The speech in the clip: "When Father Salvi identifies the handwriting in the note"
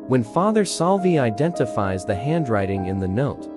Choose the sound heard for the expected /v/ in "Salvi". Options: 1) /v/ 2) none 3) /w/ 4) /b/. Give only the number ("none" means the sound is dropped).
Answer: 1